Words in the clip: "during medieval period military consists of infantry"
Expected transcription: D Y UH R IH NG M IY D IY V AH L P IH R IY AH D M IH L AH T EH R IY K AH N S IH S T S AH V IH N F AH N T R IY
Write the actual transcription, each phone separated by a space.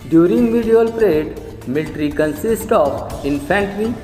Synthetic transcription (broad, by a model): D Y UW R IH NG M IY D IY AH L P R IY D M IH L T R IY K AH N S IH S T AH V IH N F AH N T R IY